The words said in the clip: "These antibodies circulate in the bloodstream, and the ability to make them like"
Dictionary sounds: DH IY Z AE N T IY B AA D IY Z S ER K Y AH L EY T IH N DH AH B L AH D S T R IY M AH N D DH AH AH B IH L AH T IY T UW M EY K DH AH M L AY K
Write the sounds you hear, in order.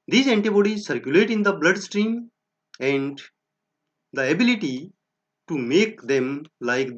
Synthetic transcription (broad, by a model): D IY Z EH N T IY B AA D IY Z S ER K Y AH L EY T IH N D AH B L AH D S T R IY M AH N D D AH AH B IH L AH T IY T UW M EY K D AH M L AY K